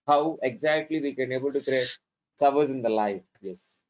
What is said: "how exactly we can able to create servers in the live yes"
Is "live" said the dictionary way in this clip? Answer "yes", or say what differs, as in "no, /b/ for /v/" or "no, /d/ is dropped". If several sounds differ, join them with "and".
no, /f/ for /v/